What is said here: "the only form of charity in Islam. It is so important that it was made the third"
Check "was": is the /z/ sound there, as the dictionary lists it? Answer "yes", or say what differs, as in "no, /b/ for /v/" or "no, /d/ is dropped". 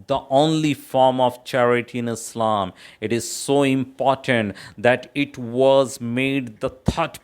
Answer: yes